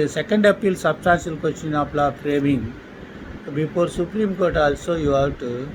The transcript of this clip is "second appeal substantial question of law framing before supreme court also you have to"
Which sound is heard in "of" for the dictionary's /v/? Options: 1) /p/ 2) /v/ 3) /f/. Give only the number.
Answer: 1